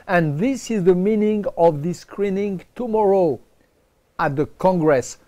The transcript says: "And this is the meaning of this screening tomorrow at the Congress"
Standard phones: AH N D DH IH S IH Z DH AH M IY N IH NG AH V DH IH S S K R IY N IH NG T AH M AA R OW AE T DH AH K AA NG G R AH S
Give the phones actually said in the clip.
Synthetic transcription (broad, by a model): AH N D DH IH S IH Z DH AH M IY N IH NG AH V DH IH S S K R IY N IH NG T AH M AA R OW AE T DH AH K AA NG G R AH S